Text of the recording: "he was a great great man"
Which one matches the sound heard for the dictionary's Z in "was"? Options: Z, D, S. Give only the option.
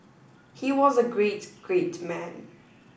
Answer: Z